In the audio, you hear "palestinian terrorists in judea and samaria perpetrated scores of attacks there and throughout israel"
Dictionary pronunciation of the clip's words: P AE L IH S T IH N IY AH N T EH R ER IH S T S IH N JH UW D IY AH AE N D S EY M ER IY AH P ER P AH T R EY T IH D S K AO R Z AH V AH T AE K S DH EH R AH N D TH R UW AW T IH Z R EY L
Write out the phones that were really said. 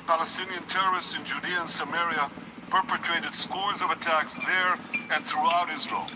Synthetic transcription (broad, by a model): P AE L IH S T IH N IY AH N T EH R ER IH S T S IH N JH UW D IY AH N S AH M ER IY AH P ER P AH T R EY T IH D S K AO R Z AH V AH T AE K S DH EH R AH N TH R UW AW T IH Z R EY L